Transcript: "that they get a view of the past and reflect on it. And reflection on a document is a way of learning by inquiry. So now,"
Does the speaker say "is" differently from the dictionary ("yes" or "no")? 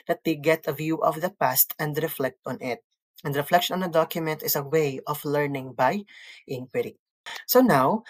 yes